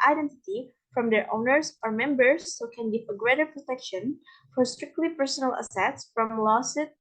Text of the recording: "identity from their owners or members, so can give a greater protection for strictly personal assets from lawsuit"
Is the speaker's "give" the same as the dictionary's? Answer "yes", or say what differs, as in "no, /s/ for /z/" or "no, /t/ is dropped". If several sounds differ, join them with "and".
no, /f/ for /v/